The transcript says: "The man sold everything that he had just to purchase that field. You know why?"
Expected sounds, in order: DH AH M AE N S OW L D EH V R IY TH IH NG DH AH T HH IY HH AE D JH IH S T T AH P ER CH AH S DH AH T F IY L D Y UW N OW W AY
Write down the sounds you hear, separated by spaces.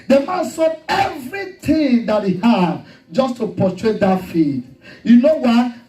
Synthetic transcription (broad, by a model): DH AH M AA N S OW D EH V R IY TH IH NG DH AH T HH IY HH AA D JH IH S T T AH P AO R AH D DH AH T F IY D Y UW N OW W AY